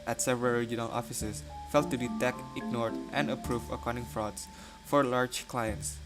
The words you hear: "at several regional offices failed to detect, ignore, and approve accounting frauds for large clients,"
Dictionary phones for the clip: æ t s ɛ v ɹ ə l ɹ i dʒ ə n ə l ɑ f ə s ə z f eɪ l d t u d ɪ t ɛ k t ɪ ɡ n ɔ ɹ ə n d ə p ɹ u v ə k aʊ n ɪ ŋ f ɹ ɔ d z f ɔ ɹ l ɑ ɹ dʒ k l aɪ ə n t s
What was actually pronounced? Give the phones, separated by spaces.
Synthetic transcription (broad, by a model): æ t s ɛ v ɹ ə l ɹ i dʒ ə n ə l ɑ f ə s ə s f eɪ l t u d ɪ t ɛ k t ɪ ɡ n ɔ ɹ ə n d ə p ɹ u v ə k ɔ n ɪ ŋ f ɹ ɔ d s f ɔ ɹ l ɑ ɹ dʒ k l aɪ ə n t s